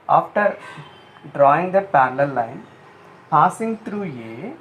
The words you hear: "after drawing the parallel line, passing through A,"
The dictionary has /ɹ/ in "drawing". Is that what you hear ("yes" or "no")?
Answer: yes